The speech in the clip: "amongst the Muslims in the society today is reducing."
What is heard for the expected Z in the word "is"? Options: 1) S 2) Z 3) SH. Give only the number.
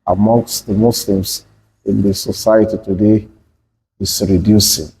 1